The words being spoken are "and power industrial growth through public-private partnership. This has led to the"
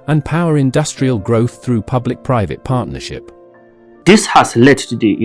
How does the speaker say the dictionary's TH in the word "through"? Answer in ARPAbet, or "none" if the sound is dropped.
TH